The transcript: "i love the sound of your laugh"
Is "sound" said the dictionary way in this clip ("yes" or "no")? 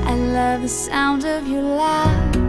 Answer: yes